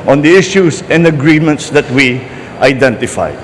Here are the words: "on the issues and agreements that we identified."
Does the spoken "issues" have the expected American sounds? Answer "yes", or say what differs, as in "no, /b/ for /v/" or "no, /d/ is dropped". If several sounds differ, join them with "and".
no, /s/ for /z/